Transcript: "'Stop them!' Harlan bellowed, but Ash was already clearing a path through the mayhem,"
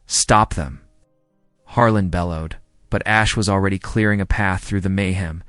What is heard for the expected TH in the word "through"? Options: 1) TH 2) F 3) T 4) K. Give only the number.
1